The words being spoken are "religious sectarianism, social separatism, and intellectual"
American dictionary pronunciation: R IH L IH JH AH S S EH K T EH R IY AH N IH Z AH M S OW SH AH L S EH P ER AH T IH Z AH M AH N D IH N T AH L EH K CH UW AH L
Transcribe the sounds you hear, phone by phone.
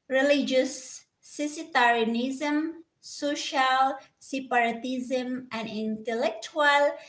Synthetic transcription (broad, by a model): R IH L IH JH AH S S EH T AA R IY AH N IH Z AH M S OW SH AH L S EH P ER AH T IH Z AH M AH N D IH N T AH L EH K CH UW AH L